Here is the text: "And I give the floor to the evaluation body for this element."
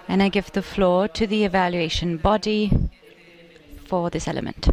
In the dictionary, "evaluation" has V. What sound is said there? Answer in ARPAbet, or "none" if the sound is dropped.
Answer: V